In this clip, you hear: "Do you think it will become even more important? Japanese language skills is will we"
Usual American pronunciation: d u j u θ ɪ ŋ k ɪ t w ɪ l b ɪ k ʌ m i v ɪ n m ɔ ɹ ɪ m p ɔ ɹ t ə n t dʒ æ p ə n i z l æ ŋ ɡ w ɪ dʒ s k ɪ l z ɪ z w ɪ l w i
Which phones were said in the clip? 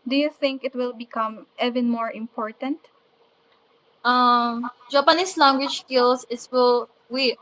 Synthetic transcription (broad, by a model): d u j u θ ɪ ŋ k ɪ t w ɪ l b ɪ k ʌ m i v ɪ n m ɔ ɹ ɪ m p ɔ ɹ t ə n t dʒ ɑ p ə n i s l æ ŋ ɡ w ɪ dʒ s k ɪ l s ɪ s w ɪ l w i